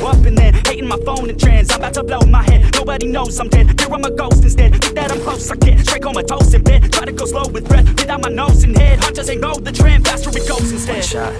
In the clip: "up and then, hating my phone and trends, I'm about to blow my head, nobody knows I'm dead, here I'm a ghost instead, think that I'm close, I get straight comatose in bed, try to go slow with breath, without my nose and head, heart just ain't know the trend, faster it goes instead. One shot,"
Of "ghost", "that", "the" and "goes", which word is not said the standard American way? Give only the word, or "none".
goes